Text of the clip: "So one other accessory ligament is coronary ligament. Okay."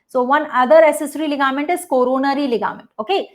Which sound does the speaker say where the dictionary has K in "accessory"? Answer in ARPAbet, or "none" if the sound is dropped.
none